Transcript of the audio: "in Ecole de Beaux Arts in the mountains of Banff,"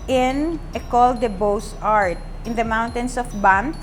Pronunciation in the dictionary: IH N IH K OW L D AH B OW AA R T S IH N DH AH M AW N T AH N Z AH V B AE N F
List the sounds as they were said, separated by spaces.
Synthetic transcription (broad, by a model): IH N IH K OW L D AH B OW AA R T IH N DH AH M AW N T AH N S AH F B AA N